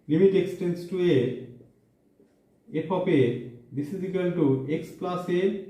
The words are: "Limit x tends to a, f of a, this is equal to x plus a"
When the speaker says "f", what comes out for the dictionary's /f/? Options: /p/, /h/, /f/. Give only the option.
/p/